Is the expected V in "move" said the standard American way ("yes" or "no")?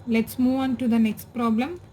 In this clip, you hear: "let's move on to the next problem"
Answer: yes